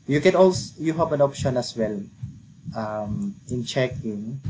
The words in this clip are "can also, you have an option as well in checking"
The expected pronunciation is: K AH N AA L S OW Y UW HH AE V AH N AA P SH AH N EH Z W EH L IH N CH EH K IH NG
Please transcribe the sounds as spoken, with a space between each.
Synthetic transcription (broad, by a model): K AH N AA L S Y UW HH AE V AH N AA P SH AH N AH S W EH L IH N CH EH K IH NG